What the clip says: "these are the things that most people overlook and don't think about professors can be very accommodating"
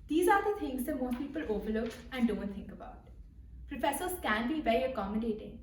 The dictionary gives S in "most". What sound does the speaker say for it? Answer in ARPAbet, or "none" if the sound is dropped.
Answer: none